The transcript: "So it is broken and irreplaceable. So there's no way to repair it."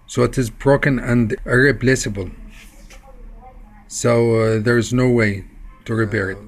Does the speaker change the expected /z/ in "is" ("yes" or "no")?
no